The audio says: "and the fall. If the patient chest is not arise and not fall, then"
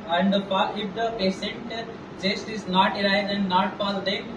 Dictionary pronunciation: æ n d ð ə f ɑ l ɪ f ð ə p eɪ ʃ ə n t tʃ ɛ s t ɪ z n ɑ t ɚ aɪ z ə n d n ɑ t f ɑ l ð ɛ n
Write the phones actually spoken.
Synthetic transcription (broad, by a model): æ n d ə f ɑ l ɪ f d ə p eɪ s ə n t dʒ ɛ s t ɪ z n ɑ t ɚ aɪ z ə n d n ɑ t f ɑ l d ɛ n